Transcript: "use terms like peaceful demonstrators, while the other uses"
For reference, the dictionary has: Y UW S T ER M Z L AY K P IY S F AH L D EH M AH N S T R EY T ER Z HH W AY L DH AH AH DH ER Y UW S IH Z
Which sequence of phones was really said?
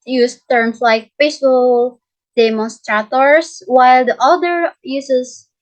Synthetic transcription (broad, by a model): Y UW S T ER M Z L AY K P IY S AH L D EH M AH N S T R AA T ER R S W AY L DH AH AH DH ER Y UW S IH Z